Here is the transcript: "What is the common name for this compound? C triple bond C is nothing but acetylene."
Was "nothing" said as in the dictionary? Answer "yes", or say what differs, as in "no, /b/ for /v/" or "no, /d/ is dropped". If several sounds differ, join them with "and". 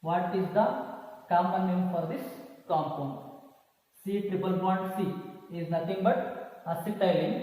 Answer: no, /t/ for /θ/